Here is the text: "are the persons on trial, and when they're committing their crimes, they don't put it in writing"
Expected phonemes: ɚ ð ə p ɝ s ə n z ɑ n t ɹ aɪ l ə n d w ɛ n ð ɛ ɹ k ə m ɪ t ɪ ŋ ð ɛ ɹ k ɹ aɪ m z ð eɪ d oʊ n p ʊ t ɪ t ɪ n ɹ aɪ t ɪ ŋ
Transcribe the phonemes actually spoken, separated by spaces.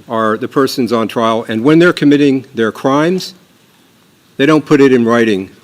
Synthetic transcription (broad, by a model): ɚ ð ə p ɝ s ə n z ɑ n t ɹ aɪ l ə n w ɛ n ð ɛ ɹ k ə m ɪ t ɪ ŋ ð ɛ ɹ k ɹ aɪ m z ð eɪ d oʊ n p ʊ t ɪ t ɪ n ɹ aɪ t ɪ ŋ